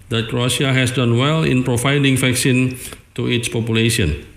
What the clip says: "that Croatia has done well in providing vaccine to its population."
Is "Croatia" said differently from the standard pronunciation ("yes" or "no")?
yes